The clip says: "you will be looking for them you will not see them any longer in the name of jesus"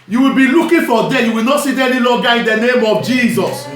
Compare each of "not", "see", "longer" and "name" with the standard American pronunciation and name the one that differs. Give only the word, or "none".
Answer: longer